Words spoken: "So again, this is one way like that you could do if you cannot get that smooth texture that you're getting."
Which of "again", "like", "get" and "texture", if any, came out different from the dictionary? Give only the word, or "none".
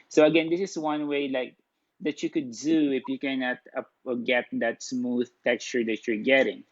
none